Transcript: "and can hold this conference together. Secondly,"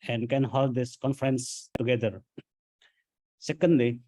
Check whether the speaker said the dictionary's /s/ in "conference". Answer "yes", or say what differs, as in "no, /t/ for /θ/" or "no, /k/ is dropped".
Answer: yes